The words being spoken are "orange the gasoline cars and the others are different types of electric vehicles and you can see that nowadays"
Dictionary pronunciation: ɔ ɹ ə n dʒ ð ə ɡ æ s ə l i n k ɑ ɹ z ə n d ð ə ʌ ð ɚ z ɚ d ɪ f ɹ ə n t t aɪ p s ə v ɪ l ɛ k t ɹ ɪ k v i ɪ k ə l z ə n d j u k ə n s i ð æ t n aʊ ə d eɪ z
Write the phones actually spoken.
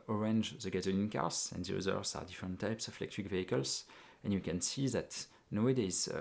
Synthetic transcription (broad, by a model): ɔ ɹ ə n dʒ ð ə ɡ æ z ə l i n k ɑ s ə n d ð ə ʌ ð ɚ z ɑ d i f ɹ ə n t t aɪ p s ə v ɪ l ɛ k t ɹ ɪ k v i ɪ k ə l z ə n j u k ə n s i ð æ t n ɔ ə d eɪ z